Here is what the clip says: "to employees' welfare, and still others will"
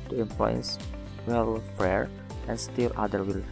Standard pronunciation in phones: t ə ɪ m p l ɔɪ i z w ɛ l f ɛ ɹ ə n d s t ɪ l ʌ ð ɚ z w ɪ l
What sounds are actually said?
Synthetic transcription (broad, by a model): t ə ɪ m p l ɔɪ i s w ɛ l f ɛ ɹ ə n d s t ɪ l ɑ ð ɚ w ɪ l